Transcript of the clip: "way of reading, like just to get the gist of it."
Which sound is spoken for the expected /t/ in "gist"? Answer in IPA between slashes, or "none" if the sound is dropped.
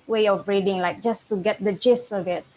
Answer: none